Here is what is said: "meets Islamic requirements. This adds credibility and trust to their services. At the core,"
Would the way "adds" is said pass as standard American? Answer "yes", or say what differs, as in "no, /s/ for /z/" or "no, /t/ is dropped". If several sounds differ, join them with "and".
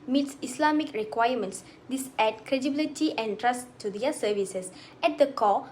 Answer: no, /z/ is dropped